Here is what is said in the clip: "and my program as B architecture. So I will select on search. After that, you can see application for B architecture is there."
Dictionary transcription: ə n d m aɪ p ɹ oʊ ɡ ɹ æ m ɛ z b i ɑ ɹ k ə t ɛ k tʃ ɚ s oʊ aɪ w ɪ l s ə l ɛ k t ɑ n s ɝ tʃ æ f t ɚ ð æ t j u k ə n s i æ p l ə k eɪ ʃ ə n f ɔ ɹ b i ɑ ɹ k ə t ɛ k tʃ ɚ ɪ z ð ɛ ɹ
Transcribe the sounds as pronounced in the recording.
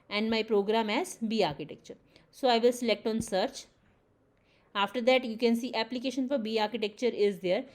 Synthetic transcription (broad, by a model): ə n d m aɪ p ɹ oʊ ɡ ɹ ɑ m ɛ z b i ɑ ɹ k ə t ɛ k tʃ ɚ s oʊ aɪ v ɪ l s ə l ɛ k t ɑ n s ɝ tʃ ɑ f t ɚ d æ t j u k ə n s i æ p l ə k eɪ ʃ ə n f ɔ ɹ b i ɑ ɹ k ə t ɛ k tʃ ɚ ɪ z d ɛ ɹ